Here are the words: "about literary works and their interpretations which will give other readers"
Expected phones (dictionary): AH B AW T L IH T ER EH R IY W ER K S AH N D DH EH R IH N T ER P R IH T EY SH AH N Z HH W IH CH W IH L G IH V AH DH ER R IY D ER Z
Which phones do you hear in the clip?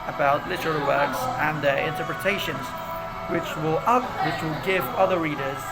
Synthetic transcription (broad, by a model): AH B AW T L IH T ER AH L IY W ER K S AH N DH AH R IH N T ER P R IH T EY SH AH N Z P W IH CH W IH L G IH V AH DH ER R IY D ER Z